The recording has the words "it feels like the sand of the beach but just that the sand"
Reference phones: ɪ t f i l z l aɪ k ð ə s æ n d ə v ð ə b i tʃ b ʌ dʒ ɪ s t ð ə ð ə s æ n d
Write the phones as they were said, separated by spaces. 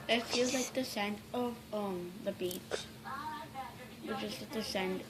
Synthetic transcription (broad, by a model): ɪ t f i l z l aɪ k ð ə s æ n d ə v ð ə b i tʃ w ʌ tʃ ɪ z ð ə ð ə s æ n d